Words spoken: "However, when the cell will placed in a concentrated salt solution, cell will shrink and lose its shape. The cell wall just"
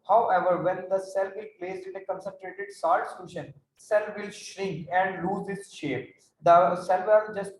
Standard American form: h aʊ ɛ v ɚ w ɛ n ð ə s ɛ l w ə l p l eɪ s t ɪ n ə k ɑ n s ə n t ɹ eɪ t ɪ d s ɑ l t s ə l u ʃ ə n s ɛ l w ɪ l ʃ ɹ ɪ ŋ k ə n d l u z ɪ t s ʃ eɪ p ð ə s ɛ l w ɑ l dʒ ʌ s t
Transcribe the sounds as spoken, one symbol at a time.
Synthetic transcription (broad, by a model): h aʊ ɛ v ɚ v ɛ n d ə s ɛ l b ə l p l eɪ s t ɪ n ə k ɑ n s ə n t ɹ eɪ t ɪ d s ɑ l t s ə l u ʃ ə n s ɛ l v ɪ l ʃ ɹ ɪ ŋ k ə n d l u z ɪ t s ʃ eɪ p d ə s ɛ l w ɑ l dʒ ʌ s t